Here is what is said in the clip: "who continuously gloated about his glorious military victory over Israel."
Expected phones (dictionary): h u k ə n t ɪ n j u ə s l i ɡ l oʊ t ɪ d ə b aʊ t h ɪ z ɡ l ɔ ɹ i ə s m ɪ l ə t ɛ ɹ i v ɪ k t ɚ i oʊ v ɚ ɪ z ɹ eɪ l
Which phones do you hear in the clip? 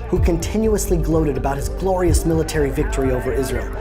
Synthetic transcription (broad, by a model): h u k ə n t ɪ n j u ə s l i ɡ l oʊ t ɪ d ə b aʊ t h ɪ z ɡ l ɔ ɹ i ə s m ɪ l ə t ɛ ɹ i v ɪ k t ɚ i oʊ v ɚ ɪ z ɹ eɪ l